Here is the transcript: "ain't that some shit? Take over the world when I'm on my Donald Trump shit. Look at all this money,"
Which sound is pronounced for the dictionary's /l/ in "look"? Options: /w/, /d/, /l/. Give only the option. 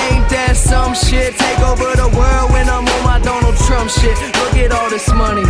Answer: /w/